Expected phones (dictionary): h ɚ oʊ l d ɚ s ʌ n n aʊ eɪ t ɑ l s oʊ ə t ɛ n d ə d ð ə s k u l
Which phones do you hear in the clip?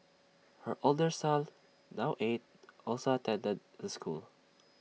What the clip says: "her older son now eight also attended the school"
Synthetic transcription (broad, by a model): h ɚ oʊ l d ɚ s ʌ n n aʊ eɪ t ɑ l s oʊ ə t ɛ n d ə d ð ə s k u l